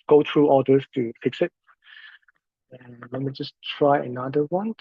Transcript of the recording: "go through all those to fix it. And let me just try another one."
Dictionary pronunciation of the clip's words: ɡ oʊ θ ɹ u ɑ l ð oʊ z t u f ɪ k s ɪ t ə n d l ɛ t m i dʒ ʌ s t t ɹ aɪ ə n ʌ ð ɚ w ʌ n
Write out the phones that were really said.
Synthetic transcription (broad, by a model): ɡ oʊ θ ɹ u ɑ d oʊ s t u f ɪ k s ɪ t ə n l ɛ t m i dʒ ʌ s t t ɹ aɪ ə n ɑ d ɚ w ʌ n